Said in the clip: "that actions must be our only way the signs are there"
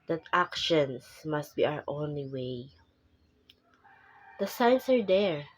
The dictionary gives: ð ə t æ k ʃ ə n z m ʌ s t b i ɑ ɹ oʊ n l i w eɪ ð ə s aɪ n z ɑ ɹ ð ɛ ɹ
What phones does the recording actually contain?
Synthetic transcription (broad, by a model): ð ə t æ k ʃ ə n s m ʌ s t b i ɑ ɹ oʊ n l i w eɪ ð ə s aɪ n s ɑ ɹ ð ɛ ɹ